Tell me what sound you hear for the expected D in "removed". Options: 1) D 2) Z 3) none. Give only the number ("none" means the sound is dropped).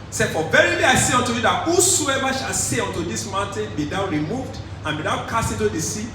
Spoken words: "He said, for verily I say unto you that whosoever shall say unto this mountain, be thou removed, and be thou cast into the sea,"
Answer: 1